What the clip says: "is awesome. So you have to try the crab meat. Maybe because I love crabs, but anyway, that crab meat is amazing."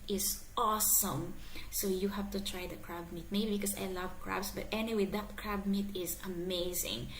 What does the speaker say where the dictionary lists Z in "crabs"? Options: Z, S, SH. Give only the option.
S